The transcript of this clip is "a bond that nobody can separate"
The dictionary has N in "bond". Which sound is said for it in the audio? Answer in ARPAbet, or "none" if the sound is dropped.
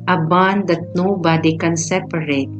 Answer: N